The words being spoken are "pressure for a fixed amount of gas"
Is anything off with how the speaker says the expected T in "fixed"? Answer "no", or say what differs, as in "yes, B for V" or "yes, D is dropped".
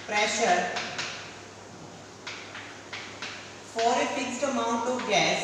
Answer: no